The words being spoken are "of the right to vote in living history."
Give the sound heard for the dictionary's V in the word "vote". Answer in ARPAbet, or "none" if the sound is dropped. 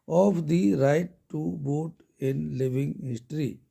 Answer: B